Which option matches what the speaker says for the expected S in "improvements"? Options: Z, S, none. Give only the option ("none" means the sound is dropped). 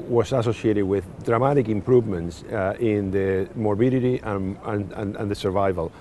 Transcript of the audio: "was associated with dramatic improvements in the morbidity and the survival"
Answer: S